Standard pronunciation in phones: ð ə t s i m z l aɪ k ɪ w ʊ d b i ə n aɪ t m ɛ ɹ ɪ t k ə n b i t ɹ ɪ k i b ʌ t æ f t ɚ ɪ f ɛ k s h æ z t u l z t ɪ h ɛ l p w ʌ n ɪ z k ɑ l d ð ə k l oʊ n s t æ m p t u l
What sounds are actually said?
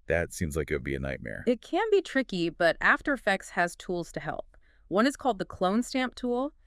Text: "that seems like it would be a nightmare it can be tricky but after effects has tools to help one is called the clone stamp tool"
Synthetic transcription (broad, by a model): ð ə t s i m z l aɪ k ɪ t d b i ə n aɪ t m ɛ ɹ ɪ t k ə n b i t ɹ ɪ k i b ʌ t æ f t ɚ ɪ f ɛ k s h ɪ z t u l z t ɪ h ɛ l p w ʌ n ɪ z k ɑ l d ð ə k l oʊ n s t æ m p t u l